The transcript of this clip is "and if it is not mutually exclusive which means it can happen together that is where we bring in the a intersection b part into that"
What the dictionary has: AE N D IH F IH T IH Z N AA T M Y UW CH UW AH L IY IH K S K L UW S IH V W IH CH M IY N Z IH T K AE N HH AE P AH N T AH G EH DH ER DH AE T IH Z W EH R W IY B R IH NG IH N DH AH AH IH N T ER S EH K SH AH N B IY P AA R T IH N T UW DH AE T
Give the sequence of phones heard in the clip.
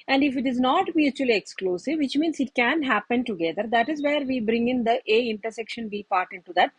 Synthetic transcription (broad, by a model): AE N D IH F IH T IH Z N AA T M Y UW CH UW AH L IY IH K S K L UW S IH V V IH CH M IY N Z IH T K AE N HH AE P AH N T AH G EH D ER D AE T IH Z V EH R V IY B R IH NG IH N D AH AH IH N T ER S EH K SH AH N B IY P AA R T IH N T UW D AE T